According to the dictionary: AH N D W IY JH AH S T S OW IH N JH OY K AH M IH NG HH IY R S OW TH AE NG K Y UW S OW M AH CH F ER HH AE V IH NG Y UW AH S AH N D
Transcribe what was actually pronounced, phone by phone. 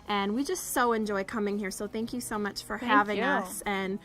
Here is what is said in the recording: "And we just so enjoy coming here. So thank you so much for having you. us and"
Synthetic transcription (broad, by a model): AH N W IY JH AH S T S OW IH N JH OY K AH M IH NG HH IY R S OW TH AE NG K Y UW S OW M AH CH F ER HH AE V IH NG AH S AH N